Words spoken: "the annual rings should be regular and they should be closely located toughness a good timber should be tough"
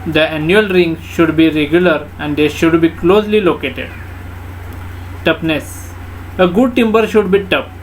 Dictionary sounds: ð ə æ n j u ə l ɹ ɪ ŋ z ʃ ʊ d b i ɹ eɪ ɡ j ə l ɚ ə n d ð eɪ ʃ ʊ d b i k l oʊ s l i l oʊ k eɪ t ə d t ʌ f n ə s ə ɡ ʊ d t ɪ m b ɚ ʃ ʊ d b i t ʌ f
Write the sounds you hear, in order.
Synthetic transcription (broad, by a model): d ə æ n j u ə l ɹ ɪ ŋ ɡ ʃ ʊ d b i ɹ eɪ ɡ j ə l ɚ ə n d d eɪ ʃ ʊ d b i k l oʊ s l i l oʊ k eɪ t ə d t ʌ p n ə s ə ɡ ʊ d t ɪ m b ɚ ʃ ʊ d b i t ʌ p